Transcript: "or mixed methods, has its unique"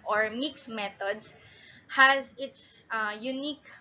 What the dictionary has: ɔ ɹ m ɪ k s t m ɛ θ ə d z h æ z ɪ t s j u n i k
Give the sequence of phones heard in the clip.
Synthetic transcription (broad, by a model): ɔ ɹ m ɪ k s m ɛ t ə d s h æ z ɪ t s j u n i k